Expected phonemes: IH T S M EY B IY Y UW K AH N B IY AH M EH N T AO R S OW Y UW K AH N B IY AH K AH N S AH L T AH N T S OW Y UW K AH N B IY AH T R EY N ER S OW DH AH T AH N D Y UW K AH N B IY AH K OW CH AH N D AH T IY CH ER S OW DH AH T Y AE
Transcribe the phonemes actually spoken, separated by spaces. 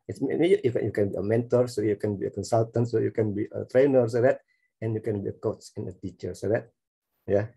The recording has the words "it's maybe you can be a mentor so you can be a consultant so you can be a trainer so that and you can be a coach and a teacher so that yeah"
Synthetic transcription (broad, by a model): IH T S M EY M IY Y UW K AH N B IY AH M EH N T AO R S OW Y UW K AH N B IY AH K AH N S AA L T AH N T S OW Y UW K AH N B IY AH T R EY N ER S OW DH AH T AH N Y UW K AH N B IY AH K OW S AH N AH T IY CH ER S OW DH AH T Y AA